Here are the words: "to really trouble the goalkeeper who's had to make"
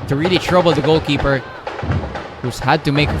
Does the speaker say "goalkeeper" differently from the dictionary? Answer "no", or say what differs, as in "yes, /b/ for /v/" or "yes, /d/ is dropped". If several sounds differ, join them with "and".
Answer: no